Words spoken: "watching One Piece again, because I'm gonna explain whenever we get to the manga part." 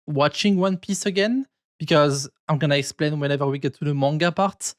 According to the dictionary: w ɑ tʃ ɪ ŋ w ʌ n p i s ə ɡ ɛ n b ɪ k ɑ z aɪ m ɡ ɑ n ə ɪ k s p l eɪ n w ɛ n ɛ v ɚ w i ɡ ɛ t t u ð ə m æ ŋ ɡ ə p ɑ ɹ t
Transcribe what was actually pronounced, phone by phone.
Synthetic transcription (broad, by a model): w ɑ tʃ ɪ ŋ w ʌ n p i s ə ɡ ɛ n b ɪ k ɑ z aɪ m ɡ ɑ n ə ɪ k s p l eɪ n w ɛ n ɛ v ɚ w i ɡ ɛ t t u ð ə m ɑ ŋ ɡ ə p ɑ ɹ t